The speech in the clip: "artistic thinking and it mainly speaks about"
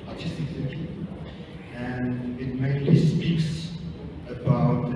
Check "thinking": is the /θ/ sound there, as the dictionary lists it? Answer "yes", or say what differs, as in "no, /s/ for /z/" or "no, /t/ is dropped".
no, /s/ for /θ/